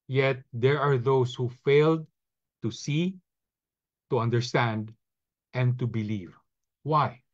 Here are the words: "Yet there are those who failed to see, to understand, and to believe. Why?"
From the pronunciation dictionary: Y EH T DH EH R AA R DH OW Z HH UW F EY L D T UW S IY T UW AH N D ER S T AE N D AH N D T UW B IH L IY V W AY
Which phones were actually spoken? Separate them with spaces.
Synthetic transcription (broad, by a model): Y EH T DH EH R AA R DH OW S HH UW F EY L D T UW S IY T UW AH N D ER S T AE N D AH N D T UW B IH L IY V W AY